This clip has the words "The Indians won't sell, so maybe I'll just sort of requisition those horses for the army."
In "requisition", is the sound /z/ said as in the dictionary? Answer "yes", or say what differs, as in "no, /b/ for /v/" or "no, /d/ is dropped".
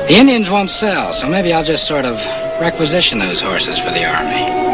yes